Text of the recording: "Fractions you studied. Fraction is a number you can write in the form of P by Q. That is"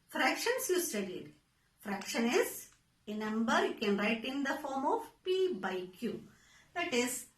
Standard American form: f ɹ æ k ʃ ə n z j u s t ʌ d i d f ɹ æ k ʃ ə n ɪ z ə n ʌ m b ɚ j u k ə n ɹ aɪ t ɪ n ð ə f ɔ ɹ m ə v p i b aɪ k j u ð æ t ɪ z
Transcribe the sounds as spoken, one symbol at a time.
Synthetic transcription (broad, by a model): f ɹ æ k ʃ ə n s j u s t ʌ d i d f ɹ æ k ʃ ə n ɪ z ə n ʌ m b ɚ j u k ə n ɹ aɪ t ɪ n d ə f ɔ ɹ m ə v p i b aɪ k j u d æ t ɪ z